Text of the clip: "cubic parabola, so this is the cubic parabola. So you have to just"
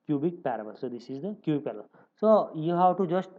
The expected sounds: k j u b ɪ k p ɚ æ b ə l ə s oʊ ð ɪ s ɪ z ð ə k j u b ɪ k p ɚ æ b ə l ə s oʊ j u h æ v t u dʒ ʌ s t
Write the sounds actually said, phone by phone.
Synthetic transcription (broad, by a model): k j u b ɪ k p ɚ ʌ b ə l s oʊ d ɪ s ɪ z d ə k j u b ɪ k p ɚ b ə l s oʊ j u h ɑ w t u dʒ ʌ s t